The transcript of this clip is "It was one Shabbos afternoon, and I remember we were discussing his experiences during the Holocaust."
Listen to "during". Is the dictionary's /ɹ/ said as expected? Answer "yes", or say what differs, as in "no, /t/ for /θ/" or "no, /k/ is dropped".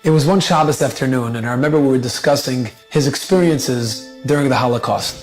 yes